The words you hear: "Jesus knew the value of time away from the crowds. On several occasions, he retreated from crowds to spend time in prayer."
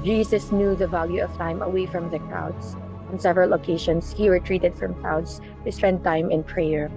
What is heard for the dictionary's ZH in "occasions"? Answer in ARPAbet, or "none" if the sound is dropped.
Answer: SH